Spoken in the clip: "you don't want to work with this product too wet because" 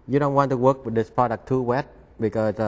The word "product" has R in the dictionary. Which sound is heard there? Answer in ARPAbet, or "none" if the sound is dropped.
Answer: none